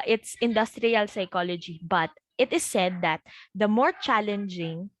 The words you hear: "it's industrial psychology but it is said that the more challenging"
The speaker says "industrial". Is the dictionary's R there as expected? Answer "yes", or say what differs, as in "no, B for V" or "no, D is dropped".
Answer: yes